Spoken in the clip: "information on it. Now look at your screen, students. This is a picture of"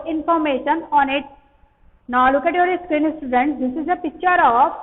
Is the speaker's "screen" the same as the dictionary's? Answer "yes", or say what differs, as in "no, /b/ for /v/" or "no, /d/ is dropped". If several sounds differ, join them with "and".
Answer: yes